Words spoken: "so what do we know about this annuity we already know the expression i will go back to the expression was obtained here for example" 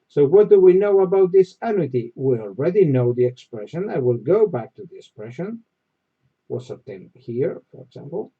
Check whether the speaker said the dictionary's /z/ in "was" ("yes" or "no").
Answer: no